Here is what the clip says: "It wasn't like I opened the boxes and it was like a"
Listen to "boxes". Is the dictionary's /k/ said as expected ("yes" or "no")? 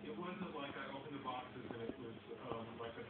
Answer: yes